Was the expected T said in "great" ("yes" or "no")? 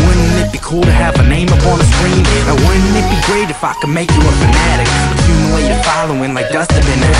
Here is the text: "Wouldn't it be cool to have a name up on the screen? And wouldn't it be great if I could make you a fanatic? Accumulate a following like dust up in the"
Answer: yes